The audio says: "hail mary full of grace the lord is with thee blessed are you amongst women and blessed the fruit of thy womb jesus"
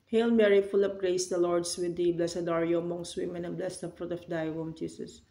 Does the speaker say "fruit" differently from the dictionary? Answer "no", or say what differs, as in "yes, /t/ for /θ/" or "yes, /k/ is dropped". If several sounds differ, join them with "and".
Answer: no